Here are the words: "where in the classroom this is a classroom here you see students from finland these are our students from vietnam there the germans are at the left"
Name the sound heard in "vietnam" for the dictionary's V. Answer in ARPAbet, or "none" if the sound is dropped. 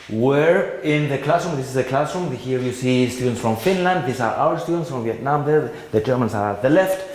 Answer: V